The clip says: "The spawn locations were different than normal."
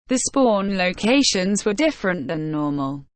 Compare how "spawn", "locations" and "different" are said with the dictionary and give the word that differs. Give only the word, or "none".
none